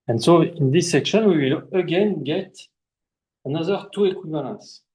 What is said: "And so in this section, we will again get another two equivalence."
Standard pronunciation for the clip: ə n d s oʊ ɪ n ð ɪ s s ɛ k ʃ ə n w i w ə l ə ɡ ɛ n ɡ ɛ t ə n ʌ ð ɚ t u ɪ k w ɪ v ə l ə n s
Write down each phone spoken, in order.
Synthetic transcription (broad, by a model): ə n s oʊ ɪ n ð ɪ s s ɛ k ʃ ə n w i w ə l ə ɡ ɛ n ɡ ɛ t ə n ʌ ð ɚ t u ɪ k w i v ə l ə n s